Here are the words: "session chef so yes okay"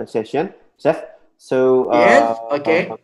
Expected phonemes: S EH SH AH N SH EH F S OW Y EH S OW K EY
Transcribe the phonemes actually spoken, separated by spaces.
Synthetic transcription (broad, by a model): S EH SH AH N S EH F S OW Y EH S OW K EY